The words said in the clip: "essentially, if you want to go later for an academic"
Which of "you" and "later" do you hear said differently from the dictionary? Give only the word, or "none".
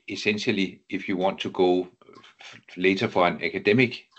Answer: later